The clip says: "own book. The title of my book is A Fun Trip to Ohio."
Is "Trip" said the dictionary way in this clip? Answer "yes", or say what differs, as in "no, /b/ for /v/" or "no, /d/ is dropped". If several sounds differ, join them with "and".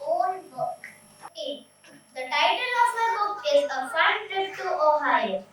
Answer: no, /ɹ/ is dropped